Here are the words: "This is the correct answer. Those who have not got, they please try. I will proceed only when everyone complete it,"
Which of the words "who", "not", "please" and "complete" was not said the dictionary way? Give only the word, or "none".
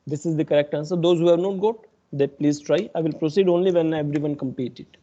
complete